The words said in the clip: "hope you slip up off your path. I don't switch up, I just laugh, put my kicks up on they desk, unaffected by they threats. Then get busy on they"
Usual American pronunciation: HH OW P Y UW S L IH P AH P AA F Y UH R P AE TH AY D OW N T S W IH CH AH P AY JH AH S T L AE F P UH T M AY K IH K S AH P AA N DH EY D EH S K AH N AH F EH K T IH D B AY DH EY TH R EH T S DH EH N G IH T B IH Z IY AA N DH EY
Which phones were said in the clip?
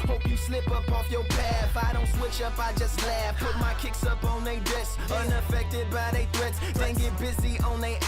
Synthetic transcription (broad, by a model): HH OW P Y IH S L IH P AH P AA F Y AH R P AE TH AY D OW N T S W IH CH AH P AY JH AH S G L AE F P UH T M AY K IH K S AH P N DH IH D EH S AH N AH F EH K T IH D B AY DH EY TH R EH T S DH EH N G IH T B IH Z IY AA N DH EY